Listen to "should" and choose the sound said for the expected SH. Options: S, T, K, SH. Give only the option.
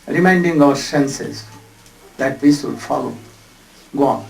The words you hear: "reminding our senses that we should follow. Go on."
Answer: S